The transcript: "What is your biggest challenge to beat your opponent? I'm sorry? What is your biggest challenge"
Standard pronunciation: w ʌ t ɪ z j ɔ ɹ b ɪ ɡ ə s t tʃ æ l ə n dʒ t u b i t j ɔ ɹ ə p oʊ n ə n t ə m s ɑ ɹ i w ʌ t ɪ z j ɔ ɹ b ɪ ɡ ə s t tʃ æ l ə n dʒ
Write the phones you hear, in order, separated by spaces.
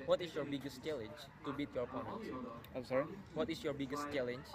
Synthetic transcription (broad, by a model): w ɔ t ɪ s j ɔ ɹ b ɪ ɡ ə s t tʃ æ l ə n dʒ t u b i t j ɔ ɹ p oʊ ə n ə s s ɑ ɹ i w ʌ t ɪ s j ɔ ɹ b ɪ ɡ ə s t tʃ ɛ l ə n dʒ